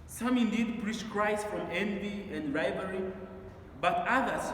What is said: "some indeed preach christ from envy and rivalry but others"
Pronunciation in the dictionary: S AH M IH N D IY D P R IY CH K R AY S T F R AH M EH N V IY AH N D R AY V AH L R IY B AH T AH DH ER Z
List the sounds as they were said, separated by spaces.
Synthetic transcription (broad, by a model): S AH M IH N D IY D P R IY CH K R AY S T F R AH M EH N V IY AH N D R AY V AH R IY B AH T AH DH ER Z